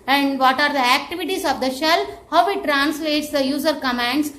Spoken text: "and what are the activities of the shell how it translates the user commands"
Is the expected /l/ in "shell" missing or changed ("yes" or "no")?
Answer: no